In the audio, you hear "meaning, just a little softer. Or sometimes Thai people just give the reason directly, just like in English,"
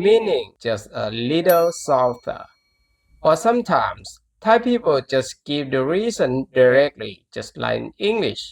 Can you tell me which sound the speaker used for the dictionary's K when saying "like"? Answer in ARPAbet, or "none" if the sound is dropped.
none